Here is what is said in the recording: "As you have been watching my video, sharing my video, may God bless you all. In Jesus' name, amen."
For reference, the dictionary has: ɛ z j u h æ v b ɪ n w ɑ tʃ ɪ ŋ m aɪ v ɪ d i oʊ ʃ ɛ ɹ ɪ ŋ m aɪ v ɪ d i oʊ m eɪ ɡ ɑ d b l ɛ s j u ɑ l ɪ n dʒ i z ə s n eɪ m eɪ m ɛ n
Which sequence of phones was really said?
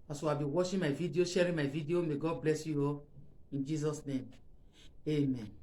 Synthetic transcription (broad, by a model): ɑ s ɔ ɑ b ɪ w ɑ ʃ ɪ m aɪ v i d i oʊ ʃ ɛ ɹ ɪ m aɪ v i d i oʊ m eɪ ɡ ɑ d b l ɛ s j u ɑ ɪ n dʒ i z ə s n eɪ m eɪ m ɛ n